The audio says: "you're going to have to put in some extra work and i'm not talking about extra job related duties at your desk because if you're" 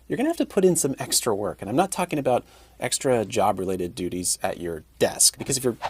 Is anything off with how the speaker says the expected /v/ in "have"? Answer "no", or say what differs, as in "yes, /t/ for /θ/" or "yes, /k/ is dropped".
yes, /f/ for /v/